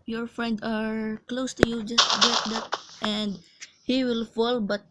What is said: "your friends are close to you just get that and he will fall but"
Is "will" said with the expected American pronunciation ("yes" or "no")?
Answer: yes